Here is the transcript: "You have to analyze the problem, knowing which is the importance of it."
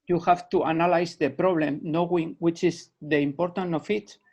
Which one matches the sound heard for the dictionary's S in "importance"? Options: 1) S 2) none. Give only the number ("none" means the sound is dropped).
2